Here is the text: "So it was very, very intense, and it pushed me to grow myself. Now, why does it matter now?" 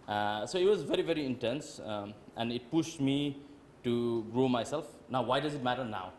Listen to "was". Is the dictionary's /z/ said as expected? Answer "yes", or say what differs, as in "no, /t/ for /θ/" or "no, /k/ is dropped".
yes